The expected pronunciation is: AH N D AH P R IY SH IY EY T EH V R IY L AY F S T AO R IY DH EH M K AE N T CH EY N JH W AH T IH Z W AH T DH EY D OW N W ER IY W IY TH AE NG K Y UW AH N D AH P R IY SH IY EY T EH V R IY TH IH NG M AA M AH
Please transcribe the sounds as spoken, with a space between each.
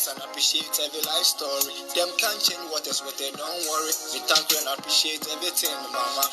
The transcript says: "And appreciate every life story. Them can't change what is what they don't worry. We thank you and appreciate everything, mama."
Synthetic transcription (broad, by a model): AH N AH P R IY SH IY EY T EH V IY L AY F S T AO R IY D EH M K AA N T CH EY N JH W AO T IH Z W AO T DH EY D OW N W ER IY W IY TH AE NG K Y UW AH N AH P R IY SH IY EY T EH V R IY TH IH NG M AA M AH